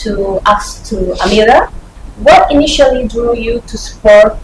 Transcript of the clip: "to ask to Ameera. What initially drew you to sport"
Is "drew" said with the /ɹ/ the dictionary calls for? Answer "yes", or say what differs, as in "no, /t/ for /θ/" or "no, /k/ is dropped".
no, /ɹ/ is dropped